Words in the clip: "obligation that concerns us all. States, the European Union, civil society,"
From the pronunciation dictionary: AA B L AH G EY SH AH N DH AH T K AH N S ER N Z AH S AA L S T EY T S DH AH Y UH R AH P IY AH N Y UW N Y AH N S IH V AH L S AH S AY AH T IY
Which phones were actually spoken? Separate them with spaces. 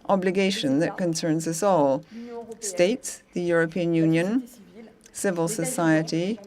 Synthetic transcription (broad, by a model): AA B L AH G EY SH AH N DH AH T K AH N S ER N Z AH S AA L S T EY T S DH AH Y UH R AH P IY AH N Y UW N Y AH N S IH V AH L S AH S AY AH T IY